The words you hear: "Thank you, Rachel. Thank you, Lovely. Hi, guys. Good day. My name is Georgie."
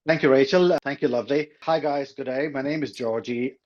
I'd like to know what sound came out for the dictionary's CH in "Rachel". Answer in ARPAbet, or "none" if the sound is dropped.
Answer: CH